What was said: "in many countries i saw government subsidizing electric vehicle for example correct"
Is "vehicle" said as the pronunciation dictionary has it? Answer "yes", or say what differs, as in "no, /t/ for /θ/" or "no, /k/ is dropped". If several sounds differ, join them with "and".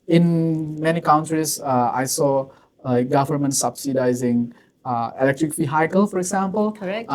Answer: no, /f/ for /v/